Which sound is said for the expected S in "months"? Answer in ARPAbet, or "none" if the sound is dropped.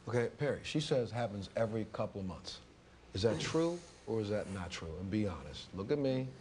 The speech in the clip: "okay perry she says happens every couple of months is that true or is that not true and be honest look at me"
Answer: S